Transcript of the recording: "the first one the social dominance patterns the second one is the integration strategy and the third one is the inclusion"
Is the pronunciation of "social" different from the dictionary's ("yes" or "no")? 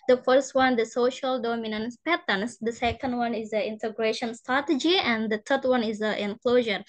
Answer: no